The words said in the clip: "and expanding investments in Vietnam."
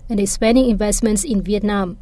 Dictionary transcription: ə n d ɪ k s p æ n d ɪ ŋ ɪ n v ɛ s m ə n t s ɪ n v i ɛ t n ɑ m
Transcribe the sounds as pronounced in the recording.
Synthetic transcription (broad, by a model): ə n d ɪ s p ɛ n d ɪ ŋ ɪ n v ɛ s m ə n t s ɪ n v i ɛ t n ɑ m